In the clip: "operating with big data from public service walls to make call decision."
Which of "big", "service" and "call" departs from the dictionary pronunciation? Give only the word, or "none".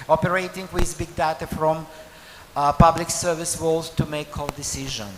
none